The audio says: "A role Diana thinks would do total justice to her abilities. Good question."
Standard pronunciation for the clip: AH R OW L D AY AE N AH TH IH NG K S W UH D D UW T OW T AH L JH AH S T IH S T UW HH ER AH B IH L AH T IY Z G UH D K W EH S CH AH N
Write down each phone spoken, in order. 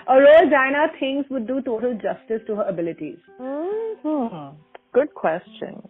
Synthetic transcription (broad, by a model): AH R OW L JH AY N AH T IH NG S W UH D D UW T OW T AH L JH AH S T IH S T UW HH ER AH B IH L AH T IY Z G UH D K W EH S CH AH N